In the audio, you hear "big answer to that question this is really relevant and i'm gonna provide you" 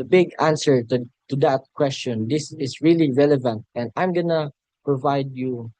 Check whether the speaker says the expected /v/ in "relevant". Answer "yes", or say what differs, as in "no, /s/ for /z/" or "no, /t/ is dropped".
yes